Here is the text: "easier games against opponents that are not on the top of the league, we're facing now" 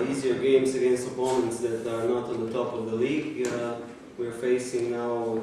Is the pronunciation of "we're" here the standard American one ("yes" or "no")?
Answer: yes